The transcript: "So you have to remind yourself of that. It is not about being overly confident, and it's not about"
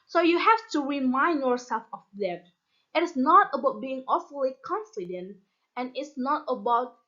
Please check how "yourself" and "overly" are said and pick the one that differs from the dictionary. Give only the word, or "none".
overly